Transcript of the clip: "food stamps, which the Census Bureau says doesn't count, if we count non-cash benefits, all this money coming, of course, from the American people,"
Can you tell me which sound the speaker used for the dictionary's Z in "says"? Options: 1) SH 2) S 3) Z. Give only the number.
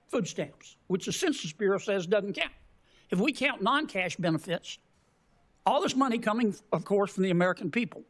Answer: 3